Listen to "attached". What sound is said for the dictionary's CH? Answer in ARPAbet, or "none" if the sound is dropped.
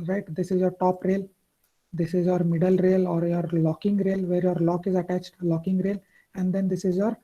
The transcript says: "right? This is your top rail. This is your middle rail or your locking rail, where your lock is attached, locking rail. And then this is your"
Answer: CH